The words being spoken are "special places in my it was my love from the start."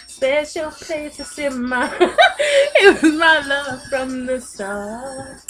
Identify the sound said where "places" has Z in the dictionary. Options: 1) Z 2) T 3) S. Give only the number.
3